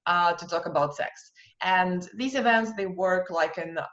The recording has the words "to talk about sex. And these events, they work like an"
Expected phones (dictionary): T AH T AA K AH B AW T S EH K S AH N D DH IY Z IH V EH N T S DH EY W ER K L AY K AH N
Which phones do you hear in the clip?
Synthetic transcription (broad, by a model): T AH T AA K AH B AW T S EH K S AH N DH IY Z IH V EH N T S DH EY W ER K L AY K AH N